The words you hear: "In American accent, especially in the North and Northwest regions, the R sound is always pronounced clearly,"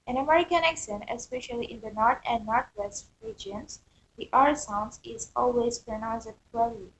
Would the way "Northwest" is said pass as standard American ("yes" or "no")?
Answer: no